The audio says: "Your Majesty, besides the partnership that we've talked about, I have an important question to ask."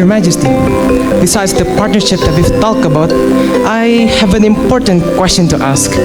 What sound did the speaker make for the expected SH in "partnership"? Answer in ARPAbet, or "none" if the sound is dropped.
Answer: SH